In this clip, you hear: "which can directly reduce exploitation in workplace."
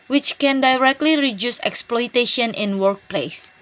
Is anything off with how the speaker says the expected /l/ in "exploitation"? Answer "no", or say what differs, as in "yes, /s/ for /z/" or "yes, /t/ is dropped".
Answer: no